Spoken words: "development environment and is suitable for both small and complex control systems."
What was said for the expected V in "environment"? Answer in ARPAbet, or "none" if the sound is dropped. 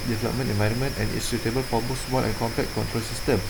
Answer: V